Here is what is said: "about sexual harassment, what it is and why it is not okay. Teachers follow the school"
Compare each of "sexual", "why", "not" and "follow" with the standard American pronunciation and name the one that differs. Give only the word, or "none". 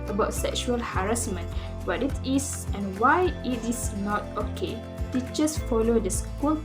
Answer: none